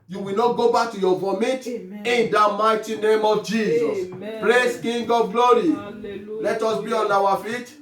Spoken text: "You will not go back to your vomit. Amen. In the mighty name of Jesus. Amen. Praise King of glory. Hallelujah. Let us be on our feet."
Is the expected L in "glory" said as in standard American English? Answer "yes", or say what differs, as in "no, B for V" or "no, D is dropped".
no, L is dropped